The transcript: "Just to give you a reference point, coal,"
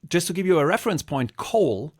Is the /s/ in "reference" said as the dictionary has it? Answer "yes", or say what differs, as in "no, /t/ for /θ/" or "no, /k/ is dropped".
yes